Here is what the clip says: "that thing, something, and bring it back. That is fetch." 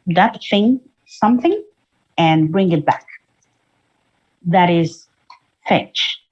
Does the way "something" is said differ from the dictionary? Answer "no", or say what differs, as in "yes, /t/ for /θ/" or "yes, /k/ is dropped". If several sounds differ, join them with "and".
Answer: no